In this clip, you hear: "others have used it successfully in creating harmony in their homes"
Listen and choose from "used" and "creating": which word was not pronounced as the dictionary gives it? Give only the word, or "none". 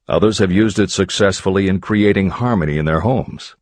none